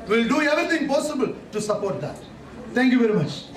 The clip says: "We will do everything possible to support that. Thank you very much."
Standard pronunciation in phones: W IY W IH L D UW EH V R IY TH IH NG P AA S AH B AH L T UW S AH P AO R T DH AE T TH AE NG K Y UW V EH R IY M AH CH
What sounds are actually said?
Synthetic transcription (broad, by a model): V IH L D UW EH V R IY T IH NG P AA S AH B AH L T UW S AH P AO R T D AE T T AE NG K Y UW V EH R IY M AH CH